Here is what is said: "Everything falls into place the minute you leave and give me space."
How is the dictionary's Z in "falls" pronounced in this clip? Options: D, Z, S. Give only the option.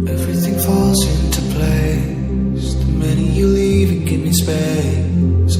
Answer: S